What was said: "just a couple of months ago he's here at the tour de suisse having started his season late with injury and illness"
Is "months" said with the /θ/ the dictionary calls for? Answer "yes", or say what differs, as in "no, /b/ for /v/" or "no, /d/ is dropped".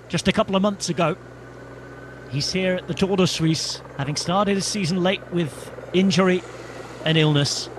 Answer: yes